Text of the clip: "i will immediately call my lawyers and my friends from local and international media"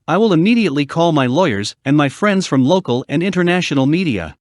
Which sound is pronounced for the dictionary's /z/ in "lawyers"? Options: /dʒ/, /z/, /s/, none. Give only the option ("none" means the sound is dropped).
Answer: /z/